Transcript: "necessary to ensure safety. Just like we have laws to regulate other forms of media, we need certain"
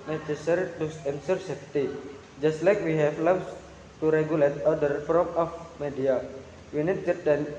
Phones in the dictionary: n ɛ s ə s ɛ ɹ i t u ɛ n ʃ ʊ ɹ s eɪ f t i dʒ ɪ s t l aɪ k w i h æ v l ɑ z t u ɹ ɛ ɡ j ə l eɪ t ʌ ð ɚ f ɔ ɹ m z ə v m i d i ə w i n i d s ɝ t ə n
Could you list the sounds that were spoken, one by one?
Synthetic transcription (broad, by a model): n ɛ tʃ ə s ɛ ɹ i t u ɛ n s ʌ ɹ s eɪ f t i dʒ ɪ s t l aɪ k w i h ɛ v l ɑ s t u ɹ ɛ ɡ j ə l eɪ t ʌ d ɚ f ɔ m ə f m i d i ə w i n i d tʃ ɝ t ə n